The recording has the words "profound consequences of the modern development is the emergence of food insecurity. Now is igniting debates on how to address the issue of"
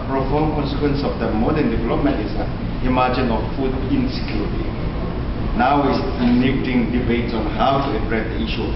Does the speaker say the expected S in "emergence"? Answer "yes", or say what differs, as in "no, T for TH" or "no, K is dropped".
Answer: no, S is dropped